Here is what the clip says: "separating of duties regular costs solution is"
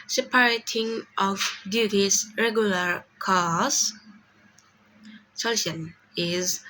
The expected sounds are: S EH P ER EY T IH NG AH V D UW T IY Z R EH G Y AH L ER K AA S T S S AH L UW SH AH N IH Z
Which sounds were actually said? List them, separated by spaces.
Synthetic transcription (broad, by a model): S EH P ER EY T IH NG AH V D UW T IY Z R EH G Y AH L ER K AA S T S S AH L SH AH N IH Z